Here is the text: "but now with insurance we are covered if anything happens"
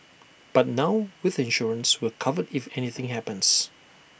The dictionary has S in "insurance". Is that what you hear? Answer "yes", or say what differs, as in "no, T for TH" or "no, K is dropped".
yes